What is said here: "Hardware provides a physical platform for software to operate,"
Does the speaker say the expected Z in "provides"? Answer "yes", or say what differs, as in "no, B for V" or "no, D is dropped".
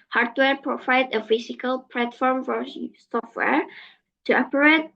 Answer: no, Z is dropped